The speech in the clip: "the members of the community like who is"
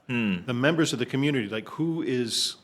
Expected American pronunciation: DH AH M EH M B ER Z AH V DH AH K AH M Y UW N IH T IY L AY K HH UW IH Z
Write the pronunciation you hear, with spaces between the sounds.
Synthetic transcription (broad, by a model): DH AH M EH M B ER Z AH V DH AH K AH M Y UW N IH T IY L AY K HH UW IH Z